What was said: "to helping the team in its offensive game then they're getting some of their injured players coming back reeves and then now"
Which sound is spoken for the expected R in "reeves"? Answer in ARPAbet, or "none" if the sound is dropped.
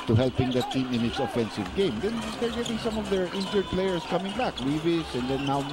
W